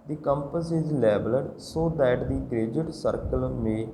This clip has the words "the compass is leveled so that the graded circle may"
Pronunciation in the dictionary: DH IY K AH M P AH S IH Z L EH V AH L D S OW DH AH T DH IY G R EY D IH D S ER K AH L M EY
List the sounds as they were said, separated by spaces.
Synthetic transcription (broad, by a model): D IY K AH M P AH S IH Z L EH B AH L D S OW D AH T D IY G R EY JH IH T S ER K AH L M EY